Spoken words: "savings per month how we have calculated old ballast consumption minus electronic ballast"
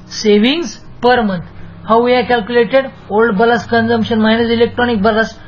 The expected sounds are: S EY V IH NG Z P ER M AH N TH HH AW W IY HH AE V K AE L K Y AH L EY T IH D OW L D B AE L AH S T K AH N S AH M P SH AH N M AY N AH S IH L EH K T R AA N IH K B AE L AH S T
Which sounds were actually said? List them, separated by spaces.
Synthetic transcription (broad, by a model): S EY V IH NG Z P ER M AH N T HH AW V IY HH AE K AE L K Y AH L EY T IH D OW L D B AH L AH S K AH N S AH M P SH AH N M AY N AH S IH L EH K T R AA N IH K B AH L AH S